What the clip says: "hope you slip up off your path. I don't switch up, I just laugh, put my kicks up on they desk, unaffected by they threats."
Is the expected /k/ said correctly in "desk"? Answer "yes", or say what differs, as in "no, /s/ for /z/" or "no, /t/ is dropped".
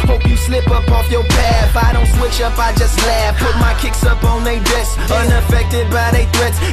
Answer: no, /k/ is dropped